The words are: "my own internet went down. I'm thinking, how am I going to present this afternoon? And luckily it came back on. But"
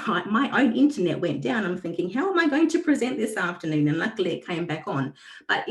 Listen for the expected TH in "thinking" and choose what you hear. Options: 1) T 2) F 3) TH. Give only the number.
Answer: 3